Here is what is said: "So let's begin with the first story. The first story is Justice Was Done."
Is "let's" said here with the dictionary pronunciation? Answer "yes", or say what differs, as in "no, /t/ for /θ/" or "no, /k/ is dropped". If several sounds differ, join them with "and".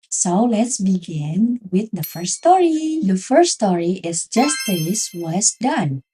yes